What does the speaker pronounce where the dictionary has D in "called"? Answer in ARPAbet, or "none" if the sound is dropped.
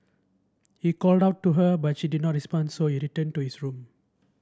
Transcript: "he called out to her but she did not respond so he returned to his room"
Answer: D